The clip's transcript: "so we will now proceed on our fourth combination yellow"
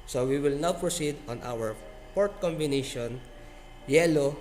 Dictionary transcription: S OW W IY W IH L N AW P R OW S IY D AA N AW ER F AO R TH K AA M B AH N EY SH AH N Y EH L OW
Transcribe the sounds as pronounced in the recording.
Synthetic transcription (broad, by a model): S OW W IY W IH L N AW P R OW S IY D AA N AW ER P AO R T K AA M B AH N EY SH AH N Y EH L OW